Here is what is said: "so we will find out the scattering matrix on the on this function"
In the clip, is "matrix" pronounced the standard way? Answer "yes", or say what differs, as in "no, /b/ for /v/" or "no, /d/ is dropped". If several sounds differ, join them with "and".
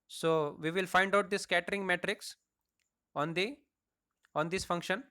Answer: yes